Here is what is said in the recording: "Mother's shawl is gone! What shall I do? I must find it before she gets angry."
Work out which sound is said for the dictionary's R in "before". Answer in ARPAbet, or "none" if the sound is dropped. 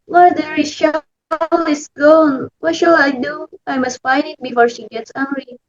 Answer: R